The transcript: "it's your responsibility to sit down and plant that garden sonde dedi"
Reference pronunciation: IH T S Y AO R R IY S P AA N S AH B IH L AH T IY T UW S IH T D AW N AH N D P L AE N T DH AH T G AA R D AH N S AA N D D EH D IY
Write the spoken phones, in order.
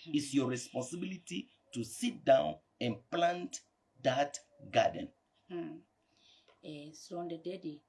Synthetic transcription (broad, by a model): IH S Y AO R R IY S P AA N S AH B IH L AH T IY T UW S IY T D AW N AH N P L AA N T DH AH T G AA D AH N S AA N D D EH D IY